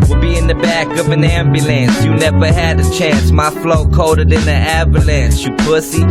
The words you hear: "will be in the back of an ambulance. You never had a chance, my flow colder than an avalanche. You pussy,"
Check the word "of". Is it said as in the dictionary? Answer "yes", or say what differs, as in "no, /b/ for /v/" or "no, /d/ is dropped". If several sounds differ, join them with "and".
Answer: yes